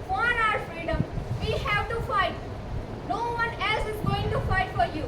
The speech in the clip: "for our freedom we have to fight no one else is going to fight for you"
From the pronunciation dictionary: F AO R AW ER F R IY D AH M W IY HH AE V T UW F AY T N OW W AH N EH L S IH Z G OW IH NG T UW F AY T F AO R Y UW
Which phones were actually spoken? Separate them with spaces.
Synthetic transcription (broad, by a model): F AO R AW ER F R IY D AH M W IY HH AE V T UW F AY T N OW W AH N EH L S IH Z G OW IH NG T UW F AY T F AO R Y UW